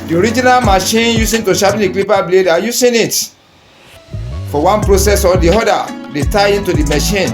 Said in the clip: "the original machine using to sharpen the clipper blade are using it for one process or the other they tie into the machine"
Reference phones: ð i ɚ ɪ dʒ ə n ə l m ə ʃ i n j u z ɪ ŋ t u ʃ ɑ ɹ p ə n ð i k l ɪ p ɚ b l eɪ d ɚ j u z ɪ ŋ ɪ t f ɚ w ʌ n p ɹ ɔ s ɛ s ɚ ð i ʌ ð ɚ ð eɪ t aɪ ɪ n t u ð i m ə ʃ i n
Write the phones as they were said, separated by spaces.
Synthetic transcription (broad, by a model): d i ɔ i dʒ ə n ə l m ə ʃ i n j u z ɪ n t u ʃ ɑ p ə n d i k l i p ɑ b l eɪ d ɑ j u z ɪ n ɪ t f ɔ w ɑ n p ɹ ɔ s ɛ s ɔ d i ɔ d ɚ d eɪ t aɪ ɪ n t u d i m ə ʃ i n